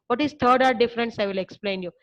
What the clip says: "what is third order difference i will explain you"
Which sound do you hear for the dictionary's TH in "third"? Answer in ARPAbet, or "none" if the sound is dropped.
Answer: T